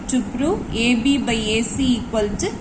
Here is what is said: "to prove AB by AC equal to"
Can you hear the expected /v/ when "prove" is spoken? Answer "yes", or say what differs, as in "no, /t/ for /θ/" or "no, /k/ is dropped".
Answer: no, /v/ is dropped